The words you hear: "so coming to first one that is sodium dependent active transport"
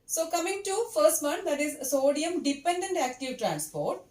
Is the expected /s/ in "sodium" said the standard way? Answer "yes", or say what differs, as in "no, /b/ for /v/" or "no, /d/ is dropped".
yes